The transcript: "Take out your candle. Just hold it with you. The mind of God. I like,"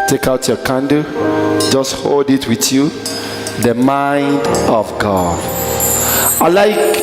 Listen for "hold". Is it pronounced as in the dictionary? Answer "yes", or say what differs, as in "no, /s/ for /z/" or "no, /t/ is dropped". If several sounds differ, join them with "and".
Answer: yes